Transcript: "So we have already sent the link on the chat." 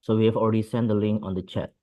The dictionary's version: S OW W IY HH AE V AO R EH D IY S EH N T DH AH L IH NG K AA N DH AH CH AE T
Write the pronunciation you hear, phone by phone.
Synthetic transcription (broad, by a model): S OW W IY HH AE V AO L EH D IY S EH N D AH L IH NG K AA N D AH CH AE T